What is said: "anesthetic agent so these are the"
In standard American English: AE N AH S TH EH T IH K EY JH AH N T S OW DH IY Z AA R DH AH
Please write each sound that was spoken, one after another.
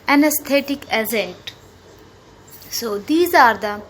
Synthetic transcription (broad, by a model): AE N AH S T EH T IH K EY Z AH N T S OW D IY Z AA R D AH